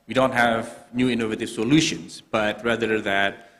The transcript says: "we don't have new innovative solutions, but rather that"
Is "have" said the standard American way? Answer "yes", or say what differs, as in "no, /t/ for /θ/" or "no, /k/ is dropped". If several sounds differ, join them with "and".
yes